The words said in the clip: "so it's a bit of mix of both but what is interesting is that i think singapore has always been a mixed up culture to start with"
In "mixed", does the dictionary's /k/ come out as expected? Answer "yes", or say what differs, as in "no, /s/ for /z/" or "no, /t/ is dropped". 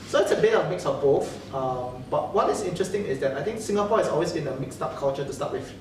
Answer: yes